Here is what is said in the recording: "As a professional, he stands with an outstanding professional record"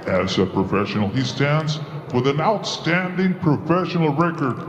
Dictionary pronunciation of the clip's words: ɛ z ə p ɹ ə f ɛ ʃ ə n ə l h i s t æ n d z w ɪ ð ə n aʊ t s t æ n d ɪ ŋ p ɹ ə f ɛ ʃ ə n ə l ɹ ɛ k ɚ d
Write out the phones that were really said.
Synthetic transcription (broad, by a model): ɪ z ə p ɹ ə f ɛ ʃ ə n l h i s t æ n d z w ɪ ð ə n aʊ t s t æ n d ɪ ŋ p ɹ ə f ɛ ʃ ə n l ɹ ɛ k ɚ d